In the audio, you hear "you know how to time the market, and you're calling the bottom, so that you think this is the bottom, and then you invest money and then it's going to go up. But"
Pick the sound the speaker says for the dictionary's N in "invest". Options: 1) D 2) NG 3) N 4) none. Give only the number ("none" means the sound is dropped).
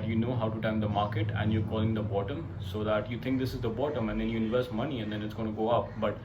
4